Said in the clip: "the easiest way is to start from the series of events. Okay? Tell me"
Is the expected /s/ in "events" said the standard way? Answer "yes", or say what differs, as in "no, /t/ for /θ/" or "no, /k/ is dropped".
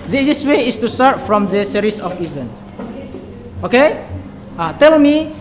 no, /s/ is dropped